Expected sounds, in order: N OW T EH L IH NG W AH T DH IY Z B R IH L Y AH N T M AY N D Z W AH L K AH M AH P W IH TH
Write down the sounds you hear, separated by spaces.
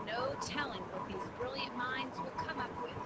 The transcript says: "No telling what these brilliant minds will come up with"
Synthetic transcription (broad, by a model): N OW T EH L IH NG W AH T DH IY Z B R IH L Y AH N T M AY N D Z W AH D K AH M AH P W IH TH